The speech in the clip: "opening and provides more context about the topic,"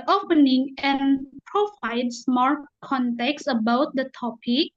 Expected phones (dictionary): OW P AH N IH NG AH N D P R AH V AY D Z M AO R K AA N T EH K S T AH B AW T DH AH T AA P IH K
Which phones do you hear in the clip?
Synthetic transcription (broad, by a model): OW P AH N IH NG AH N P R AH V AY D S M AO R K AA N T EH K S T AH B AW T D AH T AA P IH K